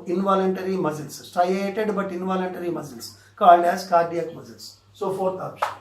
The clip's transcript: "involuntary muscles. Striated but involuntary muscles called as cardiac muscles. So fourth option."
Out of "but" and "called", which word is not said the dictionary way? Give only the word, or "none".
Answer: none